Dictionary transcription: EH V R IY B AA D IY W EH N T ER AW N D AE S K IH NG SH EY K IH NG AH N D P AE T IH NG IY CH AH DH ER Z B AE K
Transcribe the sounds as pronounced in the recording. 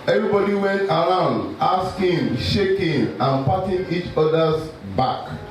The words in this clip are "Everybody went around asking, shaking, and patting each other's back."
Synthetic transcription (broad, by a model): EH V R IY B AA D IY W EH N T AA AW N D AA S K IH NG SH EY K IH NG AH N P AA T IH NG IY CH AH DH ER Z B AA K